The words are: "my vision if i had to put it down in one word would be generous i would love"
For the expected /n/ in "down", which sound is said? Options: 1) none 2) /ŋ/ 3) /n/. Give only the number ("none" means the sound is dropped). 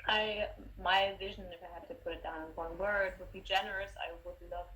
1